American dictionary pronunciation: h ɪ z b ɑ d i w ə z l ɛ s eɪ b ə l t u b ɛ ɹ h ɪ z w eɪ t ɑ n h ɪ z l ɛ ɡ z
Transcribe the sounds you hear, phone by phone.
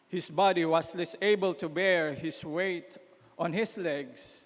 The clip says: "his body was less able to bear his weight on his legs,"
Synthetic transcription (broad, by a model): h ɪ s b ɑ d i w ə s l ɛ s eɪ b ə l t u b ɛ ɹ h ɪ s w eɪ t ɑ n h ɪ s l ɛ ɡ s